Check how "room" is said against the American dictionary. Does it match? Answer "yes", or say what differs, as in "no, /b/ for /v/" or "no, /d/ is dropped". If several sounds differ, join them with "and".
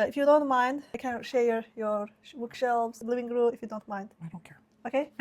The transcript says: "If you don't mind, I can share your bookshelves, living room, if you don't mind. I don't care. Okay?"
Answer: no, /m/ is dropped